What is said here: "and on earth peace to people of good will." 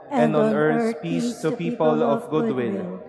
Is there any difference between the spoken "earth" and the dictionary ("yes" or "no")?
yes